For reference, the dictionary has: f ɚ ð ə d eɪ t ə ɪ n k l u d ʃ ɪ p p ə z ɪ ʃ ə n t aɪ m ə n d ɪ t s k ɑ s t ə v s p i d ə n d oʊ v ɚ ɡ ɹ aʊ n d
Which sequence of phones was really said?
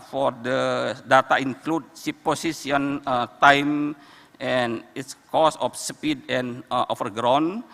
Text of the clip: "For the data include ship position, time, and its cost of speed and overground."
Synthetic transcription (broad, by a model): f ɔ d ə d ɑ t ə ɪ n k l u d s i p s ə s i ə n t aɪ m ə n ɪ t s k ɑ s ə f s p i d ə n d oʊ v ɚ ɡ ɹ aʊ n